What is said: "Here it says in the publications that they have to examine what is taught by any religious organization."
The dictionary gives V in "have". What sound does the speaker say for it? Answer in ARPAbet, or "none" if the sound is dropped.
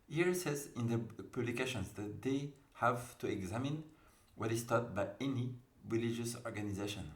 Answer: V